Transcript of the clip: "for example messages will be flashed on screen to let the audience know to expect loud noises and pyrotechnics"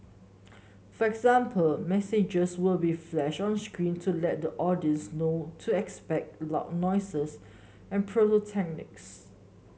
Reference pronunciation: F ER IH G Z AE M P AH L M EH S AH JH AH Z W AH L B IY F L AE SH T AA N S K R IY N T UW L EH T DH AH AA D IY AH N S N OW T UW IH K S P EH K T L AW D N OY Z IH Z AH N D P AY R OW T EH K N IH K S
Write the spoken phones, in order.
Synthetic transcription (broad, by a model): F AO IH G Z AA M P AH L M EH S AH JH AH S W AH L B IY F L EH SH AA N S K R IY N T UW L EH T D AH AA D IY AH N S N OW T UW IH K S P EH K T L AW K N OY S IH S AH N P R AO L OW T EH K N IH K S